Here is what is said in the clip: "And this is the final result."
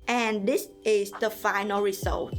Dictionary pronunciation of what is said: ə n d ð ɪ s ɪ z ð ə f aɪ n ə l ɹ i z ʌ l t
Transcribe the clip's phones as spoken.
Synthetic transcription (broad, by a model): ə n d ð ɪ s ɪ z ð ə f aɪ n ə l ɹ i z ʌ l t